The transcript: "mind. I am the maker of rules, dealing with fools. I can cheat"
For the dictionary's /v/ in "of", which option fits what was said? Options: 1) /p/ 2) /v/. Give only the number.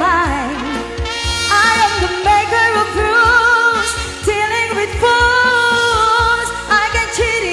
1